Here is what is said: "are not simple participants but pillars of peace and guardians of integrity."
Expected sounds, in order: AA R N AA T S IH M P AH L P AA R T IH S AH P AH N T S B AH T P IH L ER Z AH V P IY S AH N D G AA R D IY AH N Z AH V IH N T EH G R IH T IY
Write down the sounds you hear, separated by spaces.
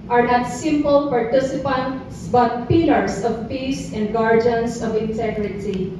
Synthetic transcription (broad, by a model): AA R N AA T S IH M P AH L P AA R T IH S AH P AH N T S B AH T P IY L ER S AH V P IY S AH N D G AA R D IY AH N S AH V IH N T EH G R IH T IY